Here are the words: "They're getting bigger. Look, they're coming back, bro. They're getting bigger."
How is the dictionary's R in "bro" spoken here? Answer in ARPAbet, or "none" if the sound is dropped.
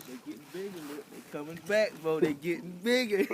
none